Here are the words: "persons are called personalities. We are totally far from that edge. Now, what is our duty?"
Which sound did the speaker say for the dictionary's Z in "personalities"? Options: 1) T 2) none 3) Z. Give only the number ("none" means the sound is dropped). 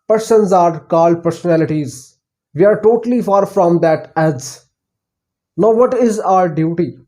3